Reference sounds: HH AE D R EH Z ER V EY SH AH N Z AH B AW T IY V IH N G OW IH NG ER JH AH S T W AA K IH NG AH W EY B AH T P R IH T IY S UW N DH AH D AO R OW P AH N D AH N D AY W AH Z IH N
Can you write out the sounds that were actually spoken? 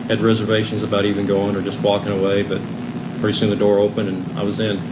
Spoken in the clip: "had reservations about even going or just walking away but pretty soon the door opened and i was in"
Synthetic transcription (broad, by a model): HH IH D R EH Z ER V EY SH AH N Z AH B AW T IY V IH N G OW IH NG ER JH AH S T W AA K IH NG AH W EY B AH T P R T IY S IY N DH AH D AO R OW P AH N AH N AY W AH Z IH N